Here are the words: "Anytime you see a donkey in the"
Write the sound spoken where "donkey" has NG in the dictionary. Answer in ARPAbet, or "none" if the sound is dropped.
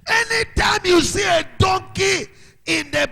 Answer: NG